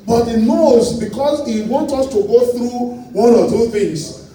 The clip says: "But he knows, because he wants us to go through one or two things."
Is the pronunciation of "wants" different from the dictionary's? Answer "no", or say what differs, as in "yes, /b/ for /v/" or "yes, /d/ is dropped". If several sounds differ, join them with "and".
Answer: yes, /s/ is dropped